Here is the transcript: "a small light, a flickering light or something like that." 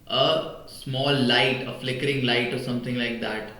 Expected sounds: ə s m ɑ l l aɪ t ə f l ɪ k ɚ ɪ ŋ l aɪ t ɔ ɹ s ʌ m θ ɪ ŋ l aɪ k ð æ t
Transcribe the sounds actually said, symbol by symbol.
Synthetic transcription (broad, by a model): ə s m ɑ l l aɪ t ə f l ɪ k ɚ ɪ ŋ l aɪ t ɔ ɹ s ʌ m t ɪ ŋ l aɪ k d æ t